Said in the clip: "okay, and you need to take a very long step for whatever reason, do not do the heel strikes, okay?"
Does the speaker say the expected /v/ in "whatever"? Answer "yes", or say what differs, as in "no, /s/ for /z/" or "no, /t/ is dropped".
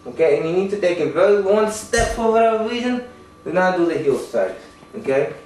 no, /v/ is dropped